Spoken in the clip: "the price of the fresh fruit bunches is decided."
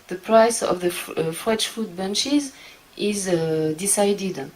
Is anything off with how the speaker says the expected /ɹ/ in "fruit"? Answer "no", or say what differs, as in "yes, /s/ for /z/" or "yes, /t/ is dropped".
yes, /ɹ/ is dropped